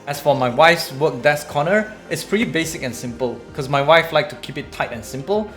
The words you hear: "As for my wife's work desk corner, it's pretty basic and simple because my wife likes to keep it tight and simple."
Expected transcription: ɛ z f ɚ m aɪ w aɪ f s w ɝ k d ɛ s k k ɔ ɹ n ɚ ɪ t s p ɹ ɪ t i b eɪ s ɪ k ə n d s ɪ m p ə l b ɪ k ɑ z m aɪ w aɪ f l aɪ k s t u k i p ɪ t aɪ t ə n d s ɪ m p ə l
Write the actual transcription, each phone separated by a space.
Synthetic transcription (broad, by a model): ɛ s f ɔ m aɪ w aɪ f s w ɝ k d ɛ s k k ɔ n ɚ ɪ t s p ɹ i b eɪ s ɪ k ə n s ɪ m p ə l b k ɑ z m aɪ w aɪ f l aɪ k t u k i p ɪ t aɪ t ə n s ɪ m p ə l